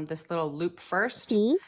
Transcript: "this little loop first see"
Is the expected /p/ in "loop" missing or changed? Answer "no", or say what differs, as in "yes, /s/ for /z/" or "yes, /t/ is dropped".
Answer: no